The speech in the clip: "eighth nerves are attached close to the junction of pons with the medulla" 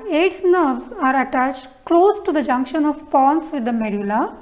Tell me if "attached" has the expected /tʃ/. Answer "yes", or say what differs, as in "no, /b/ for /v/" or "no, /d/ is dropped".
yes